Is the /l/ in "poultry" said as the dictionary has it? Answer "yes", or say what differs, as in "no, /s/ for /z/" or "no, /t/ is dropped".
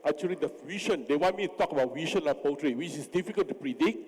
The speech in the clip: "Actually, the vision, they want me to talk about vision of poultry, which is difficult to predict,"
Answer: no, /l/ is dropped